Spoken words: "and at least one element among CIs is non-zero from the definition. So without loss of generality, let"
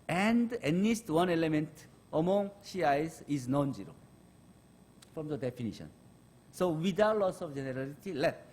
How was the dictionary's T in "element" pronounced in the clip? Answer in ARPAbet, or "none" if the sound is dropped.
T